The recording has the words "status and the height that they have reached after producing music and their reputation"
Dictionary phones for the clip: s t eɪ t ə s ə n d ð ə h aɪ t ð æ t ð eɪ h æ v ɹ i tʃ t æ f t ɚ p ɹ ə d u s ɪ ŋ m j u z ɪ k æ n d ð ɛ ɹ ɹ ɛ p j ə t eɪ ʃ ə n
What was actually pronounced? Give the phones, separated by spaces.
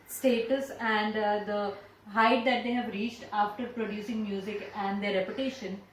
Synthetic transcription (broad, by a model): s t eɪ t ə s ə n d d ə h aɪ t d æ t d eɪ h æ v ɹ i tʃ t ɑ f t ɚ p ɹ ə d u s ɪ ŋ m j u z ɪ k æ n d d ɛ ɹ ɹ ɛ p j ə t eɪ ʃ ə n